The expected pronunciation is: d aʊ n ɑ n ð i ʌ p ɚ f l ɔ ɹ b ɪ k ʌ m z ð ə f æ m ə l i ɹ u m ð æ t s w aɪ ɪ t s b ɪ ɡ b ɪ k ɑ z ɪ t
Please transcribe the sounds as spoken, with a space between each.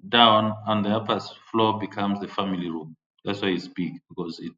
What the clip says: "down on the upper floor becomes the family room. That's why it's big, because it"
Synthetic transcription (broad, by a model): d aʊ n ɑ n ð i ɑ p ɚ f l ɔ b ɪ k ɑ m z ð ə f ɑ m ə l i ɹ u m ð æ t s w aɪ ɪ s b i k b ɪ k ɑ z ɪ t